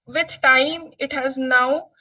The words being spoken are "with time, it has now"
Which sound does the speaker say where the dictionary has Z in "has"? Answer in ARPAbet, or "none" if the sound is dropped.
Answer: Z